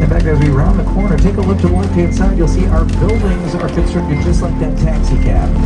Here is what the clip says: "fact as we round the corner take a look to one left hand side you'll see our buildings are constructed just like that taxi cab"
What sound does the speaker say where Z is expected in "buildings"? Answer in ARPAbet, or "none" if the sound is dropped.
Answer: Z